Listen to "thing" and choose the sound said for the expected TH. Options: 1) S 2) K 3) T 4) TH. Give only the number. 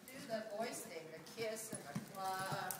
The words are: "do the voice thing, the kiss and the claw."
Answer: 3